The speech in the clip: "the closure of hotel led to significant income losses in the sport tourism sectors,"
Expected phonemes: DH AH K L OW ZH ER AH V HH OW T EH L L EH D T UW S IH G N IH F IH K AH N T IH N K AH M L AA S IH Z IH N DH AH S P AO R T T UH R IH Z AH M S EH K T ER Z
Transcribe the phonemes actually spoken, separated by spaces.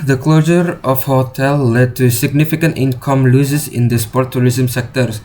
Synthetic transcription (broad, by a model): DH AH K L OW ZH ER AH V HH OW T EH L L EH D T UW S IH G N IH F IH K AH N T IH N K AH M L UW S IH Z IH N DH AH S P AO R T T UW R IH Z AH M S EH K T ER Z